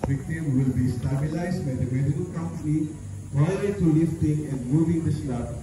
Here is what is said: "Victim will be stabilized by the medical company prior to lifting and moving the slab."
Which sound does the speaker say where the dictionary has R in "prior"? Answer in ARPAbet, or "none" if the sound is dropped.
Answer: none